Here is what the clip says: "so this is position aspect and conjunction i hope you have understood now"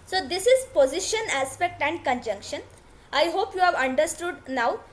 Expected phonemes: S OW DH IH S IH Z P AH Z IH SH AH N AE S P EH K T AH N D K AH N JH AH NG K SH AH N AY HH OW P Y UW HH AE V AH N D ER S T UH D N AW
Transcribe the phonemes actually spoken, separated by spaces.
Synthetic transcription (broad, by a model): S OW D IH S IH Z P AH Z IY SH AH N AE S P EH K T AH N D K AH N JH AH NG K SH AH N AY HH OW P Y UW HH AE V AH N D ER S T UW D N AW